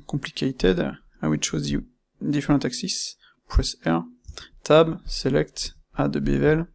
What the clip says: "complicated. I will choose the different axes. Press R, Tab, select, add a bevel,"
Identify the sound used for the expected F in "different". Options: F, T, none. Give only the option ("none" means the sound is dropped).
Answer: none